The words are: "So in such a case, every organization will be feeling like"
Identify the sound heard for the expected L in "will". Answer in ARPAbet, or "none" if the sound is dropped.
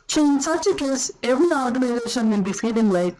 N